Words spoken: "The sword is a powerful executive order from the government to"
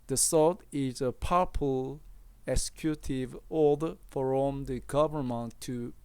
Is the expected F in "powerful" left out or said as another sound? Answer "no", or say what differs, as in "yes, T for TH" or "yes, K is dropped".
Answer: yes, P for F